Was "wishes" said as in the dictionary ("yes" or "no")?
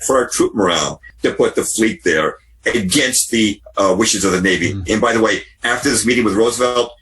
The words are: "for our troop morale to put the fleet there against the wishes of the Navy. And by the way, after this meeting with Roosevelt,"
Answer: yes